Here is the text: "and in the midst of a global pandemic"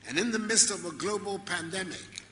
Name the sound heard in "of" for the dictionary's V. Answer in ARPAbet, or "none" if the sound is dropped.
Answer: V